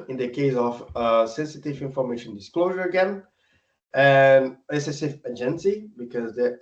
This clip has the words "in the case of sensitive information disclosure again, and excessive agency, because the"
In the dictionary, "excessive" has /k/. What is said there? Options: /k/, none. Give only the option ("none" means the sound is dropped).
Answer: none